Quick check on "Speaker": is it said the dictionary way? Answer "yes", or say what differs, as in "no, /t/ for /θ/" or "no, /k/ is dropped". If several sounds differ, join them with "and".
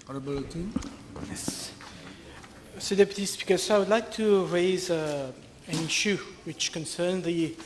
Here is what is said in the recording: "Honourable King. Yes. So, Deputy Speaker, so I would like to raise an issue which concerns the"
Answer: no, /b/ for /p/